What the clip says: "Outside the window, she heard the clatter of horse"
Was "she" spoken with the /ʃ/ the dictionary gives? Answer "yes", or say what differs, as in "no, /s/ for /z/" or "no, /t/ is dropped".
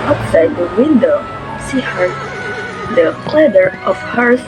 no, /s/ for /ʃ/